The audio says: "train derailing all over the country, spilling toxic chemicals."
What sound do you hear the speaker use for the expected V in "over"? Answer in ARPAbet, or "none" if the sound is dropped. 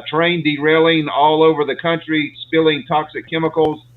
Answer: V